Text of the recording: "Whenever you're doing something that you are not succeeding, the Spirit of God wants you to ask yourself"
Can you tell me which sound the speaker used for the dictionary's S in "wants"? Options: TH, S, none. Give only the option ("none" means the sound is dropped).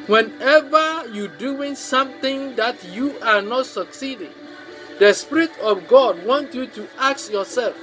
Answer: none